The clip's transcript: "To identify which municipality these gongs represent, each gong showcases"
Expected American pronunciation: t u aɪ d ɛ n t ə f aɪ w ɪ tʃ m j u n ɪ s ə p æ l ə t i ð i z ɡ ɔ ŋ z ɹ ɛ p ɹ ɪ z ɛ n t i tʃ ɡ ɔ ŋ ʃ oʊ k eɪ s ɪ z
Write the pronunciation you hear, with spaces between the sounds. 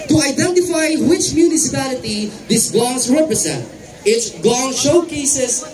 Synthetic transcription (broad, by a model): t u aɪ d ɛ n t ə f aɪ w ɪ tʃ m j u n ɪ s ə p æ l ə t i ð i s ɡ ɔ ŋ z ɹ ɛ p ɹ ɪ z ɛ n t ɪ s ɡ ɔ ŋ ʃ oʊ k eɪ s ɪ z